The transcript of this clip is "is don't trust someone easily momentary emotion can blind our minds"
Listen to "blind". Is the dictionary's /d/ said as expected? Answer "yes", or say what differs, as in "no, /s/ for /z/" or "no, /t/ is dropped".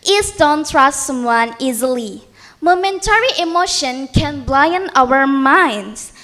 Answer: no, /d/ is dropped